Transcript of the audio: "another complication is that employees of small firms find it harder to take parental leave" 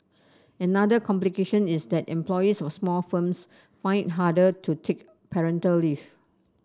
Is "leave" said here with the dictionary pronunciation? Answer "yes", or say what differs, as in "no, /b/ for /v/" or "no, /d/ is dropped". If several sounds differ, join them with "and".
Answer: no, /f/ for /v/